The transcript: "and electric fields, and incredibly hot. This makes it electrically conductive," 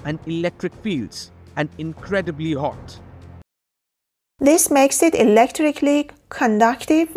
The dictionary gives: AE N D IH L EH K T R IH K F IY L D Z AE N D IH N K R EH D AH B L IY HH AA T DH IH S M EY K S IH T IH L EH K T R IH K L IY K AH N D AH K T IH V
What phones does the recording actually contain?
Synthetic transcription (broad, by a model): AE N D IH L EH K T R IH K F IY L D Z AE N D IH N K R EH D AH B L IY HH AA T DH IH S M EY K S IH T IH L EH K T R IH K L IY K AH N D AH K T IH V